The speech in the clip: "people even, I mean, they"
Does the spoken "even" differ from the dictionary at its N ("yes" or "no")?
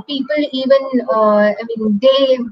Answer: no